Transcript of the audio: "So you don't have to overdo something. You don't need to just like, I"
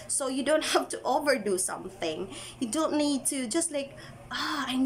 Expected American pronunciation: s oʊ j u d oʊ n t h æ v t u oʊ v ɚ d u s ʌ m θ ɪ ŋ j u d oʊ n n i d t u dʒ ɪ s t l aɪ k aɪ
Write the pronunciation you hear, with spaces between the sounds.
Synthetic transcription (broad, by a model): s oʊ j u d oʊ n t h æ f t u oʊ v ɚ d u s ʌ m θ ɪ ŋ j u d oʊ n n i d t u dʒ ɪ s t l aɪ k aɪ